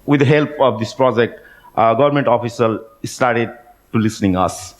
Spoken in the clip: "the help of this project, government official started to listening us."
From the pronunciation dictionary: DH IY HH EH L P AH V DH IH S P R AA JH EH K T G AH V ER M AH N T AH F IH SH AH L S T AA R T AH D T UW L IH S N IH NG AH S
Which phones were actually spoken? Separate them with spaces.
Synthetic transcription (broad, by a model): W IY HH EH L P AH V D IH S P R AA JH EH K T G AH V ER M AH N T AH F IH S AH L S T AA R T AH D T UW L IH S N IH NG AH S